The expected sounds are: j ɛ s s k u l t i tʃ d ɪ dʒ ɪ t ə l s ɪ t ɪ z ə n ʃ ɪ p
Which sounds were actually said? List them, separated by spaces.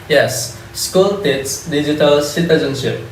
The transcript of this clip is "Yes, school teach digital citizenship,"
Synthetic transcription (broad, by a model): j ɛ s s k u l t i s d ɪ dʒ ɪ t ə l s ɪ t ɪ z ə n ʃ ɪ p